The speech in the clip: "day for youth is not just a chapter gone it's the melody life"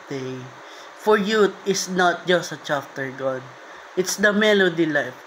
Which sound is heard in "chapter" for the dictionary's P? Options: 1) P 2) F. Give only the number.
2